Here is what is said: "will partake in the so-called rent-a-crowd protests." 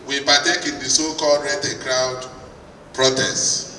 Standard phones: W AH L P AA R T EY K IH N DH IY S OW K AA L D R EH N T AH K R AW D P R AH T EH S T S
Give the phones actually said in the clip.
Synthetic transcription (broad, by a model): W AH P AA T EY K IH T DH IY S OW K AA L D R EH T AH K R AW D P R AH T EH S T